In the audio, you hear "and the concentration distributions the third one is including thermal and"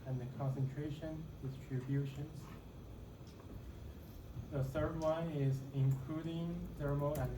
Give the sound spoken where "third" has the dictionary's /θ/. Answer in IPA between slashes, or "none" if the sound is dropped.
/θ/